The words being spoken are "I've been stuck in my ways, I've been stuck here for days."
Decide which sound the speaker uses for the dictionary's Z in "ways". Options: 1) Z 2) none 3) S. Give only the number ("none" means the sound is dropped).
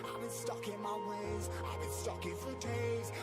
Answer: 1